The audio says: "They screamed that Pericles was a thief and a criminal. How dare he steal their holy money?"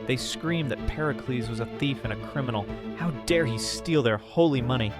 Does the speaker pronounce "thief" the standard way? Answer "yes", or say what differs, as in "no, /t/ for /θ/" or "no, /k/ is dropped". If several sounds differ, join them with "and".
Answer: yes